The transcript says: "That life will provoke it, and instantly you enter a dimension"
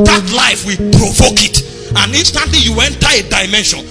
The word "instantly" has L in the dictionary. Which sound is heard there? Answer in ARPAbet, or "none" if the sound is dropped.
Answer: none